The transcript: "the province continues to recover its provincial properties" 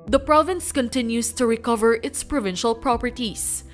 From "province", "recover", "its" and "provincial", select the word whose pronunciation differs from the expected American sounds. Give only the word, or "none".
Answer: none